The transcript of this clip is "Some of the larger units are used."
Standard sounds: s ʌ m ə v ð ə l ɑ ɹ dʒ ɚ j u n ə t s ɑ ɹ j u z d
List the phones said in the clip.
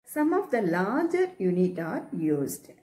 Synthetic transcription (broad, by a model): s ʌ m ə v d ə l ɑ ɹ dʒ ɚ j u n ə t ɑ ɹ j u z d